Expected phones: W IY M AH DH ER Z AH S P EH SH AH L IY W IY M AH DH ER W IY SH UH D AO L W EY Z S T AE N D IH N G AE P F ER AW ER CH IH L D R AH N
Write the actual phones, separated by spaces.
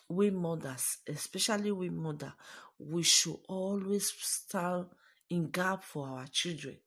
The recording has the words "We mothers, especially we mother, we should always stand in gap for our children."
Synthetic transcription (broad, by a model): W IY M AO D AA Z AH S P EH SH AH L IY W IY M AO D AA W IY SH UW AO L W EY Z S T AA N IH N G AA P F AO AW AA CH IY L D R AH N